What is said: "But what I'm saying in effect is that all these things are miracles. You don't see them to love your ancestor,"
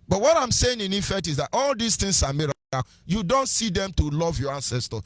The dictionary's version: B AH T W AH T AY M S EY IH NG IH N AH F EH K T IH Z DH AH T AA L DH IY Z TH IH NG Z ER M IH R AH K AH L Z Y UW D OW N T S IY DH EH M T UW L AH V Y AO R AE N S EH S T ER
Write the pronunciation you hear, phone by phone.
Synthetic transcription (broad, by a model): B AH T W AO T AY M S EY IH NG IH N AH F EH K T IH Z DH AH T AA L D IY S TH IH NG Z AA M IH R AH AH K Y UW D OW N T S IY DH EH M T UW L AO V Y AO R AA N S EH S T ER